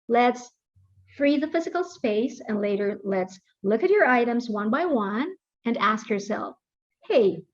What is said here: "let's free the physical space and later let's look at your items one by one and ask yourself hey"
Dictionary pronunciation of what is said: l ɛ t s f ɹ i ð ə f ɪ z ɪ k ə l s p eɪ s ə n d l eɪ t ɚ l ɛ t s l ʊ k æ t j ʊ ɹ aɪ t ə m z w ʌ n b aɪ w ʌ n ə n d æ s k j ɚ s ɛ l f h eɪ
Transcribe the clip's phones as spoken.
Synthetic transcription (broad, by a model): l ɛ t s f ɹ i ð ə f ɪ z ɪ k l s p eɪ s ə n d l eɪ t ɚ l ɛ t s l ʊ k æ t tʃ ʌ ɹ aɪ t ə m z w ʌ n b aɪ w ʌ n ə n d æ s k j ɚ s ɛ l f h eɪ